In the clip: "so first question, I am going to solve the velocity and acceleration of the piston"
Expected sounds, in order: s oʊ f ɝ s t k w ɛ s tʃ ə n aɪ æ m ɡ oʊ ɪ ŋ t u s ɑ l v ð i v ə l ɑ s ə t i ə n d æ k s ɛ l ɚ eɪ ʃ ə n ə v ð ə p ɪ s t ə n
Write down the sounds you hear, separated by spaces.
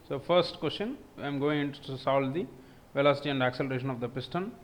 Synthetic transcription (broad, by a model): s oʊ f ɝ s t k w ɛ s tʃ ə n aɪ m ɡ oʊ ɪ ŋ t u s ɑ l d i v ə l ɑ s ə t i ə n d æ k s ɛ l ɚ eɪ ʃ ə n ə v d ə p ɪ s t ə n